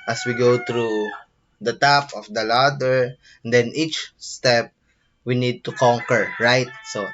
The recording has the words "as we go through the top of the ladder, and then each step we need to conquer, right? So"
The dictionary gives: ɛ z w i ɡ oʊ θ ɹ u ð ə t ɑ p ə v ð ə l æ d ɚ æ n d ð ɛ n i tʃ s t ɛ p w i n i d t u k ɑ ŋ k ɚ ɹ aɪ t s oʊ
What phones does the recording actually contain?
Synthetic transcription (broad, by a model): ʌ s w i ɡ oʊ t ɹ u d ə t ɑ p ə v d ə l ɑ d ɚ n d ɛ n i tʃ s t ɛ p w i n i d t u k ɑ ŋ k ɚ ɹ aɪ t s oʊ